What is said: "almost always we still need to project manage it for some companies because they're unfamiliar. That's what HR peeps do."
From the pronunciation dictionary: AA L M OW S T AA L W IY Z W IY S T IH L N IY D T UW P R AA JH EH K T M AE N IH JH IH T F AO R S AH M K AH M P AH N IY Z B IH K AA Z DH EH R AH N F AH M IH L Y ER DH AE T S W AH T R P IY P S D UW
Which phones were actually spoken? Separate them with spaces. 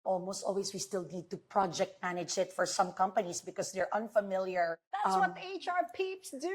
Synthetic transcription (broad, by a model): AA L M OW S T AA L W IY S W IY S T IH L N IY D T UW P R AA JH EH K T M AE N IH JH IH T F AO R S AH M K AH M P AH N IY S B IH K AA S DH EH R AH N F AH M IH L Y ER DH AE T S W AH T R P IY P S D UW